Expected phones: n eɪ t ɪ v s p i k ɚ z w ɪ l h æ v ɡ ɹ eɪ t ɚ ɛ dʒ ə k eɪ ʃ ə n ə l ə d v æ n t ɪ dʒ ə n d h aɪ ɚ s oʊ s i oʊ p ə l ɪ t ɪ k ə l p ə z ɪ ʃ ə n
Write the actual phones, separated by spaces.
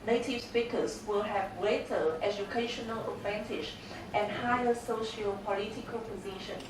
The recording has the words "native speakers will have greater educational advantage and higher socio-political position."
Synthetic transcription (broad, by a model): n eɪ t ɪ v s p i k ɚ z w ɪ l h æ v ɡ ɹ eɪ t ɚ ɛ dʒ ə k eɪ ʃ ə n ə l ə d v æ n t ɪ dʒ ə n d h aɪ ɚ s oʊ ʃ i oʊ p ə l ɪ t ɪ k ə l p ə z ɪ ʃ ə n